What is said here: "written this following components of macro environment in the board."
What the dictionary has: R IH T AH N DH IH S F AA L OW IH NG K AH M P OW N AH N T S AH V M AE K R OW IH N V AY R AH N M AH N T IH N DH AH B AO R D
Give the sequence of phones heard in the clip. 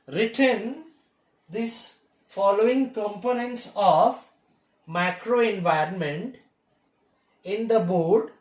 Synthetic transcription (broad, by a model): R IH T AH N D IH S F AA L OW IH NG K AH M P OW N AH N T S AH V M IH K R OW IH N V AY R AH N M AH N T IH N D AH B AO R D